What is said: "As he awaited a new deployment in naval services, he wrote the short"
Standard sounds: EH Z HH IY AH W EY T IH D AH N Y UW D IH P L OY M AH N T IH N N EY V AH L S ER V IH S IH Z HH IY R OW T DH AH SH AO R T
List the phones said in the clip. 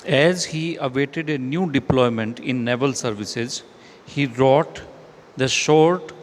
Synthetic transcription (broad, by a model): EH Z HH IY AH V EY T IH D AH N Y UW D IH P L OY M AH N T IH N N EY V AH L S ER V IH S IH Z HH IY R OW T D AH SH AO R T